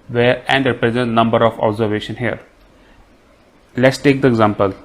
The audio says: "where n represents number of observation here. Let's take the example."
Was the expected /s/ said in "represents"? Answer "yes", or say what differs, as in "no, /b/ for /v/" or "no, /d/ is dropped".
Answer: no, /s/ is dropped